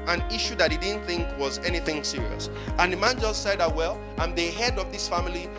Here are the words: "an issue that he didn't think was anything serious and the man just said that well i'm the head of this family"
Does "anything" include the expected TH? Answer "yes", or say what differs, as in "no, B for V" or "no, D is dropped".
yes